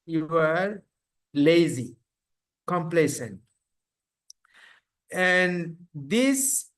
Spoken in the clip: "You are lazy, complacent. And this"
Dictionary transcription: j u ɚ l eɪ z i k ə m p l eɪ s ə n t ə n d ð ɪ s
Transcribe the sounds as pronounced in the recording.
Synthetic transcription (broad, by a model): j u ɚ l eɪ z i k ə m p l eɪ s ə n t ə n d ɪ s